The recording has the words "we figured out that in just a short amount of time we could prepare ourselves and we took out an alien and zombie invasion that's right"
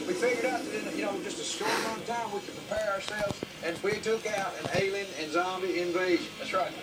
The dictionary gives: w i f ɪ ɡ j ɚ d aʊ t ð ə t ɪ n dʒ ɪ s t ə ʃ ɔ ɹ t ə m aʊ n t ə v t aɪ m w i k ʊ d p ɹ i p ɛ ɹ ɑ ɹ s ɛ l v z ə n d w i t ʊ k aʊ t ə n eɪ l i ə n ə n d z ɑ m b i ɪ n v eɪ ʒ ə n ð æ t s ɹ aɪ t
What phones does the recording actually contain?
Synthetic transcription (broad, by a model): w i f ɪ ɡ j ɚ d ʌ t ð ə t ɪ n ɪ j ə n ɔ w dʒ ə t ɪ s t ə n t aɪ m w i k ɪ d p ɹ i p ɛ ɹ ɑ ɹ s ɛ l v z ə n w i t ʊ k aʊ t ə n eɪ l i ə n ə n z ɑ m b i ɪ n v eɪ ʒ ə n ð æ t s ɹ aɪ t